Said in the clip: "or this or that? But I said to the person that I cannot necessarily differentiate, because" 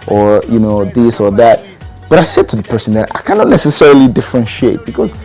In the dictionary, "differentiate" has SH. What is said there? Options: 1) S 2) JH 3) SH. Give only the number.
3